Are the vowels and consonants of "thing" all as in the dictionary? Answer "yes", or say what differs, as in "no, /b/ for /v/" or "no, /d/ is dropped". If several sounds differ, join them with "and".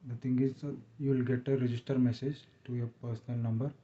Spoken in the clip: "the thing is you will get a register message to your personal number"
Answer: no, /t/ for /θ/